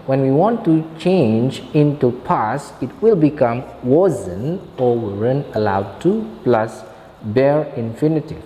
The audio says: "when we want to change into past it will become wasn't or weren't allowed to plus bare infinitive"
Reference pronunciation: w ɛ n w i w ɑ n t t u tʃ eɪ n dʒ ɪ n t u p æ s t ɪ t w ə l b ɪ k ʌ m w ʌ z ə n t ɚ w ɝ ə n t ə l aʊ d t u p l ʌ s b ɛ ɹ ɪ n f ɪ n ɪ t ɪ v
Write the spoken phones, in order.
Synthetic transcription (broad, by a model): w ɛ n w i w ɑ n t t u tʃ eɪ n dʒ ɪ n t u p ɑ s ɪ t w ə l b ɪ k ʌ m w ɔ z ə n ɔ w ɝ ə n ə l aʊ d t u p l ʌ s b ɛ ɹ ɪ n f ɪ n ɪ t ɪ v